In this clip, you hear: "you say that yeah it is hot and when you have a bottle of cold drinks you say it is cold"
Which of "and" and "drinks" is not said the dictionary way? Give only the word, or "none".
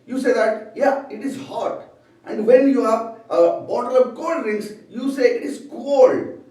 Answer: drinks